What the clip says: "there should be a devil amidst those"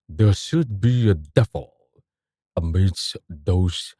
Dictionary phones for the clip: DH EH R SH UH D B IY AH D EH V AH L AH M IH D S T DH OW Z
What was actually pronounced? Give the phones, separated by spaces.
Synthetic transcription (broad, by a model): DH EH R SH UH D B IY AH D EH F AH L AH M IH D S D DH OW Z